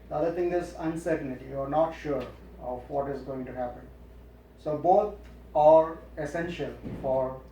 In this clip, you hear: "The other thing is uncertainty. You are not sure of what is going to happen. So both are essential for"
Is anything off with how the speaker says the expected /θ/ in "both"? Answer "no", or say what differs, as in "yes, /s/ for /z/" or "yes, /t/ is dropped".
yes, /t/ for /θ/